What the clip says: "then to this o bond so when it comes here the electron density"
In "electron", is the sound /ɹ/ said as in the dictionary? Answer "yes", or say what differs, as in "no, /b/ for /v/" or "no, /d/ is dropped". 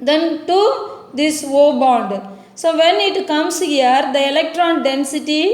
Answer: yes